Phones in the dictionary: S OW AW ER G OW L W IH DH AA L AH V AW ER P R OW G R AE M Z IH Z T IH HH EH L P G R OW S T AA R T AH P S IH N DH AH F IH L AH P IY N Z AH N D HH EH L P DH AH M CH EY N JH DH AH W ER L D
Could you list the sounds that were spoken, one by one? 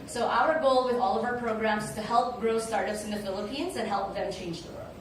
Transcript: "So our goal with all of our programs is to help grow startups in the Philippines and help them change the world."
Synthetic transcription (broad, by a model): S OW AW ER G OW L W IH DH AA L AH V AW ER P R OW G R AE M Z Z T IH HH EH L P G R OW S T AA R T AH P S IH N DH AH F IH L AH P IY N Z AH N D HH EH L P DH AH M CH EY N JH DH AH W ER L